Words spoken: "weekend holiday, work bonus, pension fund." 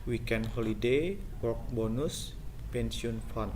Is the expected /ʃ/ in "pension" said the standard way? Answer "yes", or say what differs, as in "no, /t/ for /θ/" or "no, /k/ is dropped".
no, /s/ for /ʃ/